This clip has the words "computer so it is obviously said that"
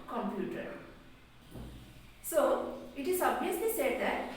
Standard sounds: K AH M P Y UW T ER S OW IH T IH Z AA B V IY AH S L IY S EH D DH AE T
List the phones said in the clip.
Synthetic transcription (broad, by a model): K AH M P Y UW T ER S OW IH T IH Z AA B IY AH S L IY S EH D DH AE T